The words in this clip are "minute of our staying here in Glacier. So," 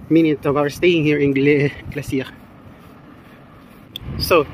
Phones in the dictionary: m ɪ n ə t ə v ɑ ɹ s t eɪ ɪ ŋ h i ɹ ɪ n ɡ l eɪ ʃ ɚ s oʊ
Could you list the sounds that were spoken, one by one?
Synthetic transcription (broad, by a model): m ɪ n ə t ə v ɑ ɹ s t eɪ ɪ ŋ h i ɹ ɪ n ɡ l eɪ s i s oʊ